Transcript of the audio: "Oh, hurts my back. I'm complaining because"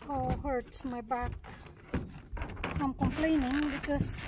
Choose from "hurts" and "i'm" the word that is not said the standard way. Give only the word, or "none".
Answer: hurts